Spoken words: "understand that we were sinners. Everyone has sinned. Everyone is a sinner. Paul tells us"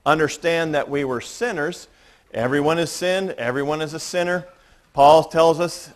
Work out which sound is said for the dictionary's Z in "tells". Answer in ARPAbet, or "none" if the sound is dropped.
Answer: Z